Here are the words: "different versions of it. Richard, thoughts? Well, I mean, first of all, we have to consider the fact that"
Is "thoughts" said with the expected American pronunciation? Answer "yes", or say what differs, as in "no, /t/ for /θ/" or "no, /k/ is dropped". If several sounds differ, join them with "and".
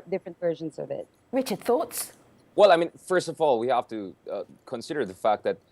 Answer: yes